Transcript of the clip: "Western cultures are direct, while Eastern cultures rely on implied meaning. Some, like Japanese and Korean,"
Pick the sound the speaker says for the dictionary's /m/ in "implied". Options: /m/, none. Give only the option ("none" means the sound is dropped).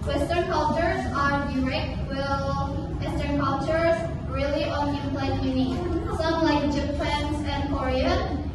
none